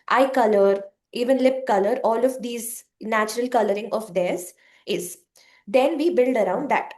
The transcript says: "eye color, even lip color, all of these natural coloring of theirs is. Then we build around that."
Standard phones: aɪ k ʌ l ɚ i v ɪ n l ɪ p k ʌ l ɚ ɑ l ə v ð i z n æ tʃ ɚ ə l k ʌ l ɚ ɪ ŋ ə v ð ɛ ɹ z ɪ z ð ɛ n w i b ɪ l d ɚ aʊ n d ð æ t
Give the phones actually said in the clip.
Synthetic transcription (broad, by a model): aɪ k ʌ l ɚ i v ɪ n l ɪ p k ʌ l ɚ ɑ l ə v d i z n æ tʃ ɚ ə l k ʌ l ɚ ɪ ŋ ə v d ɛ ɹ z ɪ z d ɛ n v i b ɪ l d ɚ aʊ n d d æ t